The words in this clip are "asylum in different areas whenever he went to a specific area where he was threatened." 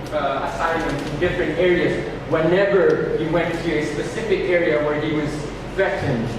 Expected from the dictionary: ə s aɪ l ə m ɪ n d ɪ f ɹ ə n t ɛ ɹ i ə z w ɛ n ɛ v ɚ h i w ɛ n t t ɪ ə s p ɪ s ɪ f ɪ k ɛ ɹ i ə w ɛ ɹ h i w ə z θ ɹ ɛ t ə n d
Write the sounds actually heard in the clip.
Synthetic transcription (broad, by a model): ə s aɪ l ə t ɪ n d ɪ f ɹ ə n t ɛ ɹ i ə z w ɛ n ɛ v ɚ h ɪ w ɛ n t t ɪ ə s p ɪ s ɪ f ɪ k ɛ ɹ i ə w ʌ ɹ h i w ə z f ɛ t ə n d